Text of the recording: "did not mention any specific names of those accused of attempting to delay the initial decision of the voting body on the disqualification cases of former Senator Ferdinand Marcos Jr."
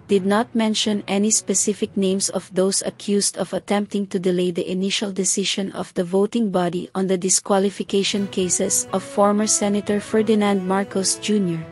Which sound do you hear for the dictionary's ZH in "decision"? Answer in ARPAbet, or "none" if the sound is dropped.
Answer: SH